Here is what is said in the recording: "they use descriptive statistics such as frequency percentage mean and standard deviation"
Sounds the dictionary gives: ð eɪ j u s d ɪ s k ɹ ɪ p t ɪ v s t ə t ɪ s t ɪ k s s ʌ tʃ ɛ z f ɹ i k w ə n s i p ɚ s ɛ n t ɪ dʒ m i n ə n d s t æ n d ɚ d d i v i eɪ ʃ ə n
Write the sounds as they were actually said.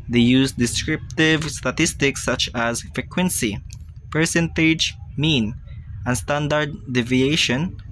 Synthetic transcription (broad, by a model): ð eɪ j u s d ɪ s k ɹ ɪ p t ɪ v s t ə t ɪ s t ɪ k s s ʌ tʃ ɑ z f ɹ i k w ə n s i p ɚ s ɛ n t ɪ dʒ m i n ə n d s t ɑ n d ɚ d d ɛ v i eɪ ʃ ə n